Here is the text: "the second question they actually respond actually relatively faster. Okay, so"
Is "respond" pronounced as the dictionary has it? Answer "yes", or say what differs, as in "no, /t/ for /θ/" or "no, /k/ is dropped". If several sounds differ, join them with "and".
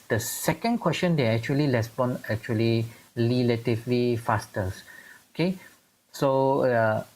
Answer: no, /d/ is dropped